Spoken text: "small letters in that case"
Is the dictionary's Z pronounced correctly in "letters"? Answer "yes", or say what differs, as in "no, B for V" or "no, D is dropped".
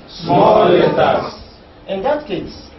no, Z is dropped